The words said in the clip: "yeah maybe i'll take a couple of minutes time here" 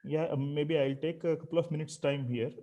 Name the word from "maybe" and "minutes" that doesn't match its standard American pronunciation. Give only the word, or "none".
none